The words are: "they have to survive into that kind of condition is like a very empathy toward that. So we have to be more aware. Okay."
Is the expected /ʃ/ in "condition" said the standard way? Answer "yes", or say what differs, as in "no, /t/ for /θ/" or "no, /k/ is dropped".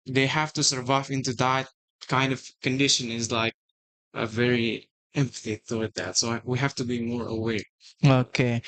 yes